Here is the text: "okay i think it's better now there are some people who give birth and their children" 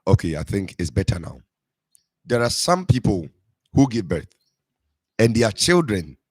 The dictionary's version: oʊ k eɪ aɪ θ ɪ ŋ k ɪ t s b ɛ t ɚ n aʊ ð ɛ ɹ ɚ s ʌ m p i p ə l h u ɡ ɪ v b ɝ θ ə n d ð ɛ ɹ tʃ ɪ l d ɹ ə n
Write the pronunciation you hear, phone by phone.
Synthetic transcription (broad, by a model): oʊ k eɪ aɪ θ ɪ ŋ k ɪ t s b ɛ t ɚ n aʊ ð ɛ ɹ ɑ s ʌ m p i p ə l h u ɡ ɪ v b ɝ θ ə n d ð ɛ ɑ tʃ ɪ l d ɹ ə n